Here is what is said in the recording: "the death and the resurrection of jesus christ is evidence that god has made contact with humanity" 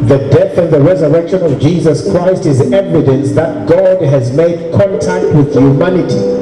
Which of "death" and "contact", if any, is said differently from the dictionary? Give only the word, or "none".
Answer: none